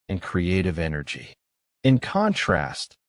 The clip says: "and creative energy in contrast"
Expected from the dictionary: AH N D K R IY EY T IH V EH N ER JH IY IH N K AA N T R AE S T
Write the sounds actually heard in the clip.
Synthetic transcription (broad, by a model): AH N K R IY EY T IH V EH N ER JH IY IH N K AA N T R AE S T